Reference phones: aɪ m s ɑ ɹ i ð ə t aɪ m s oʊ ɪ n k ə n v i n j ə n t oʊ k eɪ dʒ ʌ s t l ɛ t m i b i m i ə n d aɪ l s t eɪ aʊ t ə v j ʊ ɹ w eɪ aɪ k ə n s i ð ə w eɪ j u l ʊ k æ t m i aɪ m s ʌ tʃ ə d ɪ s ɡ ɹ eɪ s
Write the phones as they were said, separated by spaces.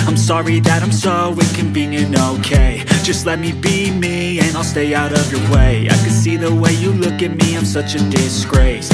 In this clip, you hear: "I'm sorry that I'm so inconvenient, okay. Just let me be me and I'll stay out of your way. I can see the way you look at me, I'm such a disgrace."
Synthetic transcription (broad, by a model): aɪ m s ɑ ɹ i ð ə t aɪ m s oʊ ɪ k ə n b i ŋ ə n oʊ k eɪ dʒ ʌ s t l ɛ t m i b i m i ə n aɪ l s t eɪ aʊ t ə v j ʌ ɹ w eɪ aɪ k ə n s i ð ə w eɪ j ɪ l ʊ k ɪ t m i aɪ m s ʌ tʃ ə d ɪ s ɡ ɹ eɪ s